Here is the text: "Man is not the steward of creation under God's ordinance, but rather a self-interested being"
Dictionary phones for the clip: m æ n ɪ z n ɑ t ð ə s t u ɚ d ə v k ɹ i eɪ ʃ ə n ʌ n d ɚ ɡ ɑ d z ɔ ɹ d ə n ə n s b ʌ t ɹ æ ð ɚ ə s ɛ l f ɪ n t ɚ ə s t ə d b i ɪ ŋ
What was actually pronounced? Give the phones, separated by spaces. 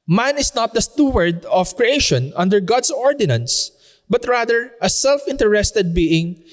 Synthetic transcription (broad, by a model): m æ n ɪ s n ɑ t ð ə s t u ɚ d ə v k ɹ i eɪ ʃ ə n ʌ n d ɚ ɡ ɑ d s ɔ ɹ d ə n ə n s b ʌ t ɹ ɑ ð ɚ ə s ɛ l f ɪ n t ɚ ə s t ə d b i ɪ ŋ